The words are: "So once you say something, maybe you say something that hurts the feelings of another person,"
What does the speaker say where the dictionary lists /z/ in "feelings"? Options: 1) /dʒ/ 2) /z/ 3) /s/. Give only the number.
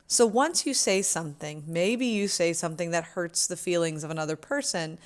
2